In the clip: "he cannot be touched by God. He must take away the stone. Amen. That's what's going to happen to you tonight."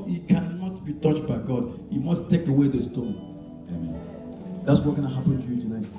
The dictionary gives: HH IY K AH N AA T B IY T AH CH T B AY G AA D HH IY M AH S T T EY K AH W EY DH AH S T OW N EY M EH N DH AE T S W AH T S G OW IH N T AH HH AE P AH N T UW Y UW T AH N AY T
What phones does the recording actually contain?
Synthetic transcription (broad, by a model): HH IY K AH N AA T B IY T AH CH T B AY G AA D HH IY M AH S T T EY K AH W EY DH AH S T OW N EY M EH N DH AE T S W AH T G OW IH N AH HH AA P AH N T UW Y UW T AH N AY T